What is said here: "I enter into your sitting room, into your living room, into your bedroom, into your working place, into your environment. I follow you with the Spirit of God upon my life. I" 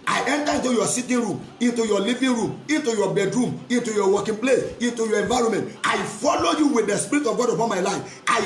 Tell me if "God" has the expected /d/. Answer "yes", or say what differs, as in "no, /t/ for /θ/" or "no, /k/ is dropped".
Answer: yes